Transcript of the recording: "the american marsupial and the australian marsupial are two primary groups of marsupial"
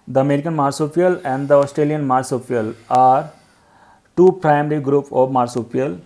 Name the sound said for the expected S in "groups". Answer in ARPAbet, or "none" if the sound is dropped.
none